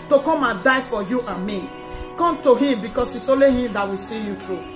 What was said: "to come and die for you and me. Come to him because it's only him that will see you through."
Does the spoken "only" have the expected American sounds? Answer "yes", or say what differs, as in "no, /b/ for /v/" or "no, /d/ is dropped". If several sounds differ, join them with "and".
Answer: no, /n/ is dropped